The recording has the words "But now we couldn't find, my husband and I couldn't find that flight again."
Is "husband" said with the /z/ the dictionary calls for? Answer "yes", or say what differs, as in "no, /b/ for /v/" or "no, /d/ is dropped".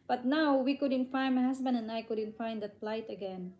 no, /s/ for /z/